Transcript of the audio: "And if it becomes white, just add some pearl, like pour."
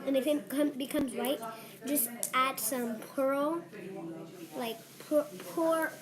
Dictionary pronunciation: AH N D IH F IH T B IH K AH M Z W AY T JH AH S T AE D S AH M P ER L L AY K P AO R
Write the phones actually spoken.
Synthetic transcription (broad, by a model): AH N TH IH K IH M B IH K AH M Z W AY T JH AH S T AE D S AH M P ER L L AY K P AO R